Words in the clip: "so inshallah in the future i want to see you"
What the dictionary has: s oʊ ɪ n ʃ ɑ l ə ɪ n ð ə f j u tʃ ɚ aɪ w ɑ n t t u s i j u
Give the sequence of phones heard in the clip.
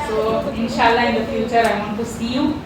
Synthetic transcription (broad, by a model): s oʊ ɪ n ʃ ɑ l ə ɪ n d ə f j u tʃ ɚ aɪ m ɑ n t t u s i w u